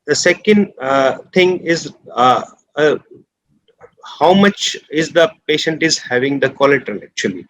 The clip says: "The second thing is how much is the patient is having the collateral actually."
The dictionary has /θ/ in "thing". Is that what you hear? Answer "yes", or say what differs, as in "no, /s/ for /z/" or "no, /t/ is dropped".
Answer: no, /t/ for /θ/